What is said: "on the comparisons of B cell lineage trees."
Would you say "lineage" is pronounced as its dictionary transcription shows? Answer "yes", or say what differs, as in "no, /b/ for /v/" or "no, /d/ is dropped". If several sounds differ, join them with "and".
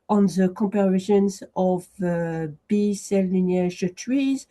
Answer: no, /n/ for /l/